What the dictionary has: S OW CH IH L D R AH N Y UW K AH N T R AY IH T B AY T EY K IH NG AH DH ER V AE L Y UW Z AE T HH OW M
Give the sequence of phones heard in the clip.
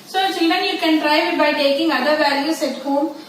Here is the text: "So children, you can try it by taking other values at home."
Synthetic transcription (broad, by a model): S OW CH IH L D R AH N Y UW K AH N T R AY IH T B AY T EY K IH NG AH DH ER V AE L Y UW S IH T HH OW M